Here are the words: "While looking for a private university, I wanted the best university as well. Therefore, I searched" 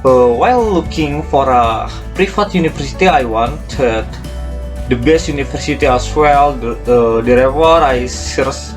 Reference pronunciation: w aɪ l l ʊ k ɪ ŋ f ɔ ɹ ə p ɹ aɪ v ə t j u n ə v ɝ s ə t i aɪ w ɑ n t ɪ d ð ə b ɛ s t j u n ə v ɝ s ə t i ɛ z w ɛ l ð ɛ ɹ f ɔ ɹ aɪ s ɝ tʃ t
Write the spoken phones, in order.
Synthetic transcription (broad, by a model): w aɪ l l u k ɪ ŋ f ɔ ɹ ə p ɹ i f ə t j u n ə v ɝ s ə t i aɪ w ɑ n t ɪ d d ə b ɛ s t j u n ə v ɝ s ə t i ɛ s w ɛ l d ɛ ɹ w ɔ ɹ aɪ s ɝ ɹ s